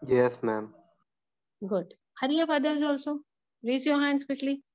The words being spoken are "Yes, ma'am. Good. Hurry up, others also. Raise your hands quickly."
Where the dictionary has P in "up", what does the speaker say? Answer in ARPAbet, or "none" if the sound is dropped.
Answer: F